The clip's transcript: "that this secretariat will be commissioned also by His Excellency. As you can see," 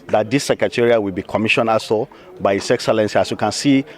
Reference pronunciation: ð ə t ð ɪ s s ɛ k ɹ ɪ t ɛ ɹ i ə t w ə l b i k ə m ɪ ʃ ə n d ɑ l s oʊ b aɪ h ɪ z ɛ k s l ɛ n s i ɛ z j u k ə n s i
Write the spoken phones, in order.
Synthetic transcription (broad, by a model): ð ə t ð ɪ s s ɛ k ɹ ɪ t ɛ ɹ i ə w ə l b i k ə m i ʃ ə n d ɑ s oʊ b aɪ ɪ s ɛ k s l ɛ n s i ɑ s j u k ə n s i